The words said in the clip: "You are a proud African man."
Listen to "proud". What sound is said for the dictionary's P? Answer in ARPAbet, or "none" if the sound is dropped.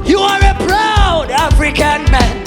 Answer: B